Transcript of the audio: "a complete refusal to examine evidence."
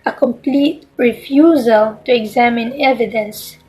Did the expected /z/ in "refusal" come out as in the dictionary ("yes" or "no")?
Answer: yes